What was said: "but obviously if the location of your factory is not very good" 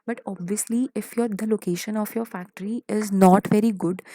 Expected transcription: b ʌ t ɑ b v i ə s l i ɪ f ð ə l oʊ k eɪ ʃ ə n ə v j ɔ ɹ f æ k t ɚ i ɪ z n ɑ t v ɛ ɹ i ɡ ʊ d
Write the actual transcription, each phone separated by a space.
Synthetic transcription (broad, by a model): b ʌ t ɑ b v i ə s l i ɪ f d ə l oʊ k eɪ ʃ ə n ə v j ɔ ɹ f æ k t ɚ i ɪ z n ɑ t v ɛ ɹ i ɡ ʊ d